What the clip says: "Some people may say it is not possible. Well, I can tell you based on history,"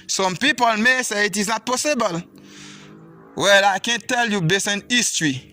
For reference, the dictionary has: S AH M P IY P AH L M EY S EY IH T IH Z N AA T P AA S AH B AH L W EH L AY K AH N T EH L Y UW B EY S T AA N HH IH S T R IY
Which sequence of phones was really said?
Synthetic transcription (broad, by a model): S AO M P IY P AH L M EY S EY IH T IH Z N AA T P AA S AH B AH L W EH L AY K AH N T EH L Y UW B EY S AA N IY S T R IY